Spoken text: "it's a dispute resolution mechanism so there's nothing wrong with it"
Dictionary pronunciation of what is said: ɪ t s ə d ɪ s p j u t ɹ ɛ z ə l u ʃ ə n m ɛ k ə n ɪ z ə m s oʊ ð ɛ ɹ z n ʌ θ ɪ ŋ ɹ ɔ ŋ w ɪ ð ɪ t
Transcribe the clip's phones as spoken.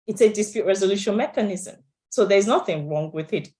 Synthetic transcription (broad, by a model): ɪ t s ə d ɪ s p j u t ɹ ɛ z ə l u ʃ ə n m ɛ k ə n ɪ z ə m s oʊ ð ɛ ɹ z n ʌ θ ɪ ŋ ɹ ɔ ŋ w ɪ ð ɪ t